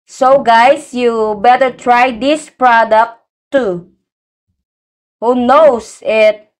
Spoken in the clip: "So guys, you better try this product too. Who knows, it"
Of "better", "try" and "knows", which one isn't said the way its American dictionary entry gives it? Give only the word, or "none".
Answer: knows